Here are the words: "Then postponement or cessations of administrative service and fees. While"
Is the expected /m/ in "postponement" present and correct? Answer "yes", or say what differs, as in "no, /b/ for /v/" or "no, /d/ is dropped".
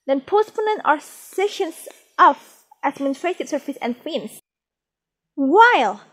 no, /m/ is dropped